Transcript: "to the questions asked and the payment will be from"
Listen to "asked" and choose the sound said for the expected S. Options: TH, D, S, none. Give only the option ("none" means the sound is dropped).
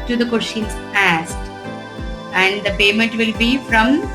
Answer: S